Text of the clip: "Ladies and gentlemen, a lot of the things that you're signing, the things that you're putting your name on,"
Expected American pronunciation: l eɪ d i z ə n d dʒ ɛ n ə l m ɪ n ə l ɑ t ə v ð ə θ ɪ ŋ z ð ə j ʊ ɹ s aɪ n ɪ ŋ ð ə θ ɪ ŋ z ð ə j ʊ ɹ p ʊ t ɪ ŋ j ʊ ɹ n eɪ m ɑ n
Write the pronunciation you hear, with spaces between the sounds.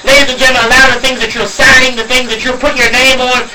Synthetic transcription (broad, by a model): l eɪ d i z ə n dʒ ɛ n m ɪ ə l ɑ ə ð ə θ ɪ ŋ z ð ə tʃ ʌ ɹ s aɪ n ɪ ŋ ð ə θ ɪ ŋ z ð ə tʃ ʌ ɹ p ʊ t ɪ ɹ n eɪ m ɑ n